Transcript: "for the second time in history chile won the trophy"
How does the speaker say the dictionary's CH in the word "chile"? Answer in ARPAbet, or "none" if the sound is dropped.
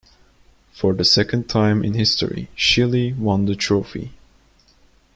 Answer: SH